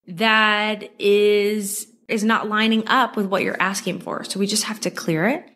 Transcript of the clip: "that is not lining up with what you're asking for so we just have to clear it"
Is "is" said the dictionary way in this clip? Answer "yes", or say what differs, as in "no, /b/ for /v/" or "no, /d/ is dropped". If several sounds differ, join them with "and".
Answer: yes